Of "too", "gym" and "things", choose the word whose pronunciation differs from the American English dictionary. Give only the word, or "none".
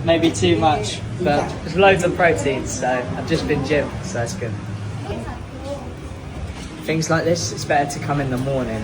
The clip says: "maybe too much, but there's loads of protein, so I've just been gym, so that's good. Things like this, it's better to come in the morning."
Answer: none